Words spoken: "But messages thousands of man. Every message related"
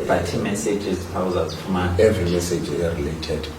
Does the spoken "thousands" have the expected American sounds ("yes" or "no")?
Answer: no